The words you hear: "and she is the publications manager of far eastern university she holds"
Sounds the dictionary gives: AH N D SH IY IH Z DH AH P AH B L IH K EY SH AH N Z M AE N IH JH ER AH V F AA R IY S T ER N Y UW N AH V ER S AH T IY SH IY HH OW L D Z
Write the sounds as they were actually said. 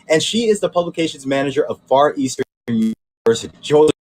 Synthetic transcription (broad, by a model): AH N SH IY IH Z DH AH P AH B L IH K EY SH AH N Z M AE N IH JH ER AH V F AA R IY S T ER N Y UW AH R S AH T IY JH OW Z